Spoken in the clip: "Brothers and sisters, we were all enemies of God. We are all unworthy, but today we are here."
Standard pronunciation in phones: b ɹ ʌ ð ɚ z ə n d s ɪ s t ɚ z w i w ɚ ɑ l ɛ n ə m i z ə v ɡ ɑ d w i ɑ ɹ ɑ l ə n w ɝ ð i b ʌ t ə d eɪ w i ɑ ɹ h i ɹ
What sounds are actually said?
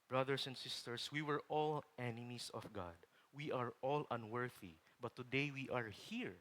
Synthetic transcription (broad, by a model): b ɹ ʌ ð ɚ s ə n d s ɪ s t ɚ s w i w ɚ ɑ l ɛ n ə m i s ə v ɡ ɑ d w i ɑ ɹ ɑ l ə n w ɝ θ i b ʌ t ə d eɪ w i ɑ ɹ h i ɹ